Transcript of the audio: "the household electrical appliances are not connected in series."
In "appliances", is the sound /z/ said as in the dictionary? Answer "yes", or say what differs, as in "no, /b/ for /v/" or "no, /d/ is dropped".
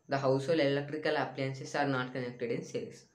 no, /s/ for /z/